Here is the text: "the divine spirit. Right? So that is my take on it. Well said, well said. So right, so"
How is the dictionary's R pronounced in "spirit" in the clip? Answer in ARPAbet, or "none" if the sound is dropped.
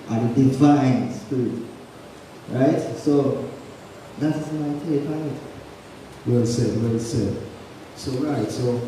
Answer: none